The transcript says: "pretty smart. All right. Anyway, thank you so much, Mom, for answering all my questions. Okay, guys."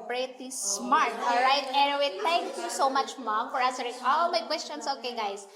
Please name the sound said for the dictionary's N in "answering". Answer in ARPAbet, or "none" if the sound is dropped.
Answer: none